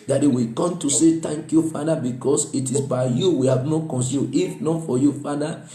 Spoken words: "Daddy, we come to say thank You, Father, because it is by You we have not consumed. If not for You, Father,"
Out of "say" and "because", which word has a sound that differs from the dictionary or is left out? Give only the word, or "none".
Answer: because